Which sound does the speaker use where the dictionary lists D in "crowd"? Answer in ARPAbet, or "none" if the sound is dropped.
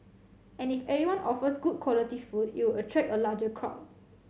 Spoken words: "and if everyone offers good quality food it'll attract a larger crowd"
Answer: none